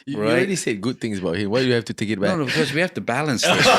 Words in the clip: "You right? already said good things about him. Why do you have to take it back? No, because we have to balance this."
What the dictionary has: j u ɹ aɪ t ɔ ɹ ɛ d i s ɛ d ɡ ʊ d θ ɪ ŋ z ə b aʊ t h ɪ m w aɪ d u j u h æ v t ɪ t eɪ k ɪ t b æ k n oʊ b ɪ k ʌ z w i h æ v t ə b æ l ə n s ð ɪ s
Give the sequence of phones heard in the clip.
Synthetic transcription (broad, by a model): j ɹ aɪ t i s ɛ d ɡ ʊ d θ ɪ ŋ z ə b aʊ t h ɪ m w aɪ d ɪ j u h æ f t ɪ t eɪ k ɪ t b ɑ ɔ n oʊ b ɪ k ʌ z w i h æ f t ə b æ l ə n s s